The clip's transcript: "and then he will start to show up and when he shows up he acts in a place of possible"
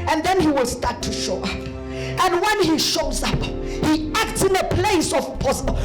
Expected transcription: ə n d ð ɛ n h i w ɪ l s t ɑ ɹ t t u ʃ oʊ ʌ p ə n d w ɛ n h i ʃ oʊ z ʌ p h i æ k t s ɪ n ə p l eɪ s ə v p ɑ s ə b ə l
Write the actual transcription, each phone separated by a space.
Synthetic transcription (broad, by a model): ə n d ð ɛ n h i w ɪ l s t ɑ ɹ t t u ʃ oʊ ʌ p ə n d w ɛ n h i ʃ oʊ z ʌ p h i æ k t s ɪ n ə p l eɪ s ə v p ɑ s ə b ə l